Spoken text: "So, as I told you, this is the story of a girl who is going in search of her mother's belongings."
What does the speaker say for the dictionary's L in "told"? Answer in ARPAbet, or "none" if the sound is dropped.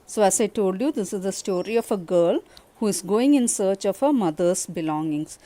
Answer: L